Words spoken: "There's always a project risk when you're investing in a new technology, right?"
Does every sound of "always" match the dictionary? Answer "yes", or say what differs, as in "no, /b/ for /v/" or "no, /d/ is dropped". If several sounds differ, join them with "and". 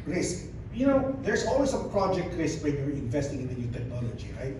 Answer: no, /s/ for /z/